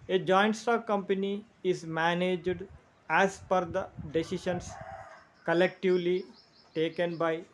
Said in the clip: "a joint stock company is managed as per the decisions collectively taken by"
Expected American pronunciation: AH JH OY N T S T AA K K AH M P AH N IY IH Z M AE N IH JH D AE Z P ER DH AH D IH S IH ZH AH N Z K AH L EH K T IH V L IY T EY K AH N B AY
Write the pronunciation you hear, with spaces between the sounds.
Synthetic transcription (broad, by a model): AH JH OY N T S T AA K K AH M P AH N IY IH Z M AE N IH JH D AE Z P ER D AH D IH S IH SH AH N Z K AH L EH K T IH V L IY T EY K AH N B AY